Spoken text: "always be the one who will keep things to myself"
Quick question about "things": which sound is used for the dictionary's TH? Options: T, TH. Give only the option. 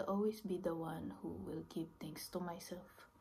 T